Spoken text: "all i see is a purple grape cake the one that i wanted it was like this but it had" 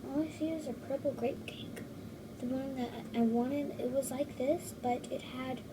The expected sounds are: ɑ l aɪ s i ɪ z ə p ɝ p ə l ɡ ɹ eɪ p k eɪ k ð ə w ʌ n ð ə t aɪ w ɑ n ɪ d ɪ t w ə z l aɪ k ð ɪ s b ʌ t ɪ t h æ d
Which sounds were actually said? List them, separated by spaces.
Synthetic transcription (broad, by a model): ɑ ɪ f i ɪ z ə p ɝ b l ɡ ɹ eɪ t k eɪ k ð ə w ʌ n ð ə t aɪ w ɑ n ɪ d ɪ t w ə z l aɪ k ð ɪ s b ʌ t ɪ t h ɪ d